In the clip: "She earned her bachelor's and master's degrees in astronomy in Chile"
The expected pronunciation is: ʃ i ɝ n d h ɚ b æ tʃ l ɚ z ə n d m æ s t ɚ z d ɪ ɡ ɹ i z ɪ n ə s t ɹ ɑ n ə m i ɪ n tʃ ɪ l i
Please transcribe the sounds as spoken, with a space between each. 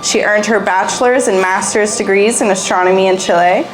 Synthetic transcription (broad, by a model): ʃ i ɝ n d h ɚ b æ tʃ l ɚ z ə n m æ s t ɚ z d ɪ ɡ ɹ i z ɪ n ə s t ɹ ɑ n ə m i ɪ n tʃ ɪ l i